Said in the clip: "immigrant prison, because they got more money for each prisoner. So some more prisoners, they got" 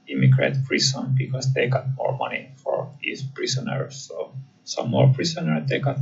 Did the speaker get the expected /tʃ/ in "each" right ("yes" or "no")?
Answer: no